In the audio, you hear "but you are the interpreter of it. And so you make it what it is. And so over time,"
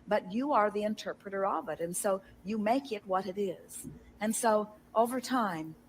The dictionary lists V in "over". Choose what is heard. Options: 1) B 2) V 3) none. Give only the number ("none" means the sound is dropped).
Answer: 2